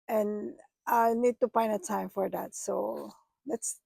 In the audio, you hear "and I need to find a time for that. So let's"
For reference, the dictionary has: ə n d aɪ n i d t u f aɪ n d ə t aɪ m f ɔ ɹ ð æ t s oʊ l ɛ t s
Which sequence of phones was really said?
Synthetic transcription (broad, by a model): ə n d aɪ n i d t u p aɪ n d ə t aɪ m f ɔ ɹ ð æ t s oʊ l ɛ t s